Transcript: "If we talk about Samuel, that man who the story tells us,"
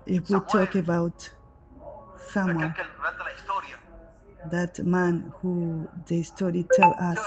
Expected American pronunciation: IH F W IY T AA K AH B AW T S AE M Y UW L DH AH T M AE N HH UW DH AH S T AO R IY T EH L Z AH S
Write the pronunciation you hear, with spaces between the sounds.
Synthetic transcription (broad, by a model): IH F W IY T AA K AH B AW T S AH M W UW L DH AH T M AE N HH UW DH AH S T AO R IY T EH L AH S